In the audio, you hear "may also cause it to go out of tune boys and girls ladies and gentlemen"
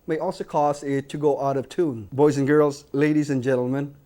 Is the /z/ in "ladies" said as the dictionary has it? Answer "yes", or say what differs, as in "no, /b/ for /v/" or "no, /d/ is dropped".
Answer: yes